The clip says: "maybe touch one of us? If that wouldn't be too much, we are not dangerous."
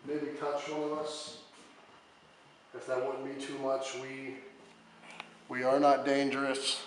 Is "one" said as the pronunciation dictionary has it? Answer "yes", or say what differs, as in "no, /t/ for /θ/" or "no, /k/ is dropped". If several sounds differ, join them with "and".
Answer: no, /n/ is dropped